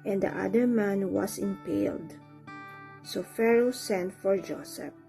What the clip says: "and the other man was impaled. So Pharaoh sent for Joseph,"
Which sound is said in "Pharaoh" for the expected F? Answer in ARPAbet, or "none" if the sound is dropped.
F